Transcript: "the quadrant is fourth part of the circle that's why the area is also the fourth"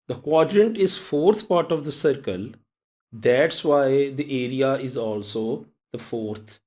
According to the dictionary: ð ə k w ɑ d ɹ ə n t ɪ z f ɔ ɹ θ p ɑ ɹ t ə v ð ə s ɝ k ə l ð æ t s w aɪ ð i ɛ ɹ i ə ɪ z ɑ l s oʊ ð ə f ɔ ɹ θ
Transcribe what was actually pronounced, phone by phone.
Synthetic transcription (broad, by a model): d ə k w ɑ d ɹ ə n t ɪ z f ɔ ɹ t p ɑ ɹ t ə v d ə s ɝ k ə l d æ t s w aɪ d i ɛ ɹ i ə ɪ z ɑ l s oʊ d ə f ɔ ɹ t